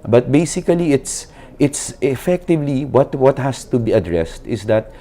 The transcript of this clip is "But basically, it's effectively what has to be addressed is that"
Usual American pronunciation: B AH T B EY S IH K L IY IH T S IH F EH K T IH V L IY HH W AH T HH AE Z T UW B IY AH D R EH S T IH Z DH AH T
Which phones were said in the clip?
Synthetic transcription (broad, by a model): B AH T B EY S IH K L IY IH T S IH F EH K T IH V L IY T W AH T HH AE S T UW B IY AH D R EH S T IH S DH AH T